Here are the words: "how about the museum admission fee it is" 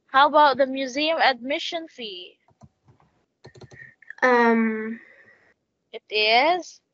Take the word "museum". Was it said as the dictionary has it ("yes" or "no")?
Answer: yes